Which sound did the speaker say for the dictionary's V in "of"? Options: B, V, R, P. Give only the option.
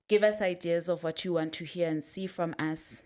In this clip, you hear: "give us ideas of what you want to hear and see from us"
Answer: V